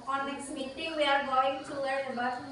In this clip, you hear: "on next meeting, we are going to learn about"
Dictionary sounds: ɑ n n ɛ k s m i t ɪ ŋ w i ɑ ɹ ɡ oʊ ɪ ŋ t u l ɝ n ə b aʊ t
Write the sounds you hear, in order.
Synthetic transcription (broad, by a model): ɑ n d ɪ s m i t ɪ ŋ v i ɑ ɹ ɡ oʊ ɪ ŋ t u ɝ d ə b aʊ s